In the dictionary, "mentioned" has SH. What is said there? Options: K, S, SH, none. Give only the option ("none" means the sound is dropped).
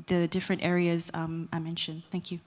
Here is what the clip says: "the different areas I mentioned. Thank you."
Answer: SH